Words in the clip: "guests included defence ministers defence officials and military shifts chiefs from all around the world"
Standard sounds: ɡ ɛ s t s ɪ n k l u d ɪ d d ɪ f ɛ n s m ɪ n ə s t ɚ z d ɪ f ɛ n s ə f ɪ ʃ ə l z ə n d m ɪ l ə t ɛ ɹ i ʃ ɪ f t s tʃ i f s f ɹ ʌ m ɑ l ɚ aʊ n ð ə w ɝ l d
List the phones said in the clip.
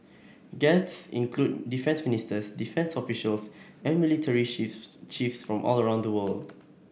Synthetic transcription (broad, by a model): ɡ ɛ s t s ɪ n k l u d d d ɪ f ɛ n s m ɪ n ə s t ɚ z d ɪ f ɛ n s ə f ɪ ʃ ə l s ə n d m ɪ l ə t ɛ ɹ i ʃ tʃ i f s f ɹ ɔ m ɑ l ɚ aʊ n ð ə w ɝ l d